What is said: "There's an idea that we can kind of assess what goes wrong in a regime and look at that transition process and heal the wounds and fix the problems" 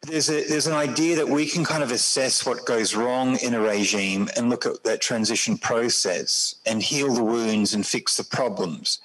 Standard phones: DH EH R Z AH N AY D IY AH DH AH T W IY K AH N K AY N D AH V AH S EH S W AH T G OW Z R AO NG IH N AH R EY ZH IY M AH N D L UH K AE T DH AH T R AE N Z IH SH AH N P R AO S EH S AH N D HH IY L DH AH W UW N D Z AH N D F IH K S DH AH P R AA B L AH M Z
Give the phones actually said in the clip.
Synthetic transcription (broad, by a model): DH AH R Z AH N AY D IY AH DH AH T W IY K AH N K AY N D AH V AH S EH S W AH T G OW Z R AO NG IH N AH R EY ZH IY M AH N L UH K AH T DH AH T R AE N Z IH SH N P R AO S EH S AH N HH IY L DH AH W UW N D Z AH N F IH K S DH AH P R AA B L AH M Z